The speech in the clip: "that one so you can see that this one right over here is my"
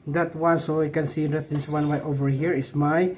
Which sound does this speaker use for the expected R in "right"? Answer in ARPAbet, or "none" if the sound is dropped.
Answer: W